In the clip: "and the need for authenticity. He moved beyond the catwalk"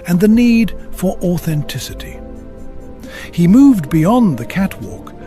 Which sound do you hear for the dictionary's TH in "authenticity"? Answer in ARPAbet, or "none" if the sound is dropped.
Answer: TH